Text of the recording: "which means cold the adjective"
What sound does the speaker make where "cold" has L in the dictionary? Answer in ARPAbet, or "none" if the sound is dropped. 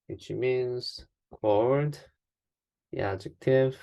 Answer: none